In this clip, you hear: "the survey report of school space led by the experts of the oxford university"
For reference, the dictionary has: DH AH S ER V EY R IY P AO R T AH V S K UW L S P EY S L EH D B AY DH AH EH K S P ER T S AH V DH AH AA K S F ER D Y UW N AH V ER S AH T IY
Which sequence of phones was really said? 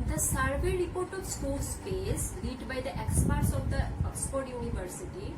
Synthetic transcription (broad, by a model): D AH S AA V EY R IY P AO R T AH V S K UW L S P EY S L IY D B AY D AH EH K S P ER T S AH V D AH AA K S P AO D Y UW N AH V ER S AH T IY